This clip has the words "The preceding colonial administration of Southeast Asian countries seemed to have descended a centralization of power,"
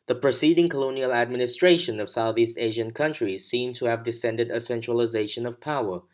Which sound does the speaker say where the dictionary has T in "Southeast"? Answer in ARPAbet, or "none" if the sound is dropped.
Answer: T